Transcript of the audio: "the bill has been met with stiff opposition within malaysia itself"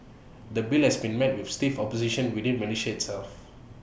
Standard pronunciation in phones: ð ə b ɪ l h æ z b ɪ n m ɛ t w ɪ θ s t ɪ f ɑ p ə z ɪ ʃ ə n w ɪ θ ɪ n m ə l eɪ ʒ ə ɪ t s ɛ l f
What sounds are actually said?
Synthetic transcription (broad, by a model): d ə b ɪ l h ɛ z b ɪ n m ɛ t w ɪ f s t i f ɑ p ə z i ʃ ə n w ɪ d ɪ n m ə n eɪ ʃ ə ɪ t s ɛ l f